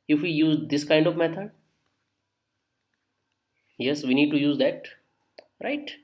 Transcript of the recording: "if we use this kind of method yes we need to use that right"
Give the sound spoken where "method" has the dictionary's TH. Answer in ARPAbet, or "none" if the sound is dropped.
T